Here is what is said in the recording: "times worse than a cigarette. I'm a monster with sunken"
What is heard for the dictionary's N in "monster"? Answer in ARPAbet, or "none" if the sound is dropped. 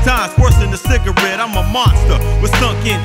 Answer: N